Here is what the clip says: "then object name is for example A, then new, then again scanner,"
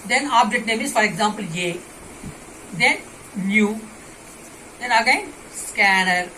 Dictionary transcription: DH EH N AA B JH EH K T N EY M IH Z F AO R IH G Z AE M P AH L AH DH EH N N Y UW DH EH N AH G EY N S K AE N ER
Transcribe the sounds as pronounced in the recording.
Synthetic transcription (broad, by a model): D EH N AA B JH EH T N EY M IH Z F AO R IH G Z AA M P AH L AH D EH N N Y UW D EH N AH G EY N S K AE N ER